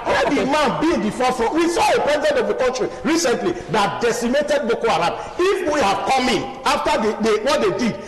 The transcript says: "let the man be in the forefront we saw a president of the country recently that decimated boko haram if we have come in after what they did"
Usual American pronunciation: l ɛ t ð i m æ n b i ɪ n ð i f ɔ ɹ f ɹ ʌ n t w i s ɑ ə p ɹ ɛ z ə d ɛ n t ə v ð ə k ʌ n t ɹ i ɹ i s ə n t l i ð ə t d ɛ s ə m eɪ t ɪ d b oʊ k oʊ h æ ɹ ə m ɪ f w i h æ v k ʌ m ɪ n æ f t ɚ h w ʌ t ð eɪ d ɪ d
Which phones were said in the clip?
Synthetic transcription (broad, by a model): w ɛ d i m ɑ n b i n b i f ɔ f ɹ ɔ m w i s ɑ ə p ɹ ɛ z ə d ɛ n t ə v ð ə k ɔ n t ɹ i ɹ i s ə n t l i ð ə t d ɛ s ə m eɪ t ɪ d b oʊ k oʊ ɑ ɹ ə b ɪ f w i h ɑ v k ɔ m ɪ n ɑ f t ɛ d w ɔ t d eɪ d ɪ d